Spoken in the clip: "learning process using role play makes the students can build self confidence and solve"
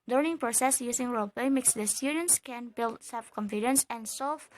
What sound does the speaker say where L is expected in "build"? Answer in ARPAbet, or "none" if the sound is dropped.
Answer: L